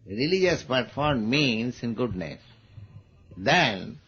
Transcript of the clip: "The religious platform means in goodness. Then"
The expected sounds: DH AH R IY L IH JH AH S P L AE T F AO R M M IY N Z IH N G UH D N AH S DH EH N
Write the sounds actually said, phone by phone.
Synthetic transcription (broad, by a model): R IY L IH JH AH S P AH T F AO R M M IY N S IH N G UH D N AH S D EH N